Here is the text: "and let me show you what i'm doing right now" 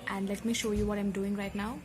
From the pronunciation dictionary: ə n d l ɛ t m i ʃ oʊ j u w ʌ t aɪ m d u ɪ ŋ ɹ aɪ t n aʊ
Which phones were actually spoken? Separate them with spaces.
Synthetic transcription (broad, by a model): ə n d l ɛ t m i ʃ oʊ j u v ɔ t aɪ m d u ɪ ŋ ɹ aɪ t n aʊ